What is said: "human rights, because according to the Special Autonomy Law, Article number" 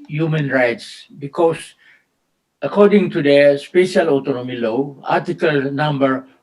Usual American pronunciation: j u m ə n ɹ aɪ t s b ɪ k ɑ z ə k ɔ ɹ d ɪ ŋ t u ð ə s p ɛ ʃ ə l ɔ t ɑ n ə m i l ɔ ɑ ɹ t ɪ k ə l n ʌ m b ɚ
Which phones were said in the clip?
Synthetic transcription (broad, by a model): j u m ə n ɹ aɪ t s b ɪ k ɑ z ə k ɔ ɹ d ɪ ŋ t u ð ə s p ɛ ʃ ə l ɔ t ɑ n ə m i l ɔ ɑ ɹ t ɪ k ə l n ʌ m b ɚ